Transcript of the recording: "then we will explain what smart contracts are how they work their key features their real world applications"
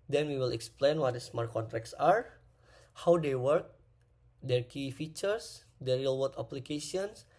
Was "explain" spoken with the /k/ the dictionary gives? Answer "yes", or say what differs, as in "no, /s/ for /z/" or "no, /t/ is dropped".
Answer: yes